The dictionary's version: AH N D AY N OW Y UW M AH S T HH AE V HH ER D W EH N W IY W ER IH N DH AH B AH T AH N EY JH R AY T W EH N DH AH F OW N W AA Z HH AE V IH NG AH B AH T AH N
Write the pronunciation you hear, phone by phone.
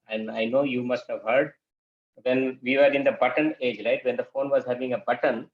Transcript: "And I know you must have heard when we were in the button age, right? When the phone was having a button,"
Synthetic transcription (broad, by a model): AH N D AY N OW Y UW M AH S T HH AE V HH ER D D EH N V IY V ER IH N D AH B AH T AH N EY JH R AY T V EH N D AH F OW N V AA Z HH AE V IH NG AH B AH T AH N